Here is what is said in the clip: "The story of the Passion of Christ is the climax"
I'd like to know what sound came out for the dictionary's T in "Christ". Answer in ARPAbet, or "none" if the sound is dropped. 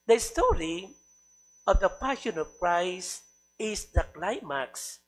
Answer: none